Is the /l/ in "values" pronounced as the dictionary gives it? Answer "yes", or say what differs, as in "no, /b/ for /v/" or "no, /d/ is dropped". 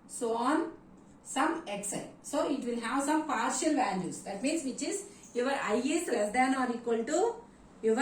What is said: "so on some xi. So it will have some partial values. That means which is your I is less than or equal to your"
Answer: no, /n/ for /l/